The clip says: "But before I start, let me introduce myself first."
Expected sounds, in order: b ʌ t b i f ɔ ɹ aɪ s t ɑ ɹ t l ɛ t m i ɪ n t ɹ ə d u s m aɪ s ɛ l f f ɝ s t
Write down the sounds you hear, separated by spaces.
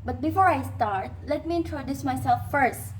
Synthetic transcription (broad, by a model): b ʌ t b i f ɔ ɹ aɪ s t ɑ ɹ t l ɛ t m i ɪ n t ɹ ə d u s m aɪ s ɛ l f f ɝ s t